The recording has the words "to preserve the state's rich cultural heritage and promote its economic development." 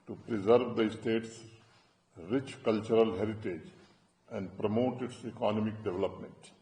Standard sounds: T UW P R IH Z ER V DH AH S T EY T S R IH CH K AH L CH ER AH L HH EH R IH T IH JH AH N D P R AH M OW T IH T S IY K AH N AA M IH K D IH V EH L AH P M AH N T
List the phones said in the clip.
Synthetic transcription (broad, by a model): T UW P R IH Z ER V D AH S T EY T S R IH CH K AH L CH ER AH L HH EH R IH T IH JH AH N D P R AH M OW T IH T S IY K AH N AA M IH K D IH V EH L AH P M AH N T